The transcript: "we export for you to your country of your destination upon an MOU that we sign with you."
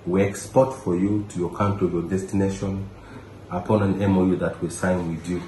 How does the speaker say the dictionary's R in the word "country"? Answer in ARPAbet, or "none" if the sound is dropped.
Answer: none